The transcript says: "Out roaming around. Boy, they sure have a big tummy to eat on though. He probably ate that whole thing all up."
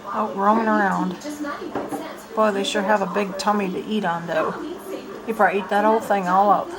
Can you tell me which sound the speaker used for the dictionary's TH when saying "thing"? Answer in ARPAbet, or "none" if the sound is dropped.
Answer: TH